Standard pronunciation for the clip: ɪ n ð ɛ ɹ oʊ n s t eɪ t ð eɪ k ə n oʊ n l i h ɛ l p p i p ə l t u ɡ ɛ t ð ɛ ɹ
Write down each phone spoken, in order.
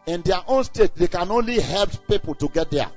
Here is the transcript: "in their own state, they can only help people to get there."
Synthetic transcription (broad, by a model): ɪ n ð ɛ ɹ oʊ n s t eɪ t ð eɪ k ə n oʊ n l i h ɛ l p p i p ə l t u ɡ ɛ t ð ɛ